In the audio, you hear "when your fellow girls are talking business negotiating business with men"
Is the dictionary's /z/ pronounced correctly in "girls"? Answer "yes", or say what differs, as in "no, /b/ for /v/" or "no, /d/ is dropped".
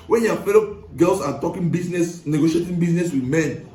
no, /s/ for /z/